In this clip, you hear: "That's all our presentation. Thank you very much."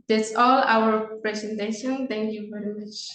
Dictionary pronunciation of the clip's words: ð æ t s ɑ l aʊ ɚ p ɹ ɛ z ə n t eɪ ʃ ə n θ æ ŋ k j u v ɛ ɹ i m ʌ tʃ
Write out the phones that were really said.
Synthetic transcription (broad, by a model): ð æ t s ɑ l aʊ ɚ p ɹ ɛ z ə n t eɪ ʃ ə n t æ ŋ k j u v ɛ ɹ i m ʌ tʃ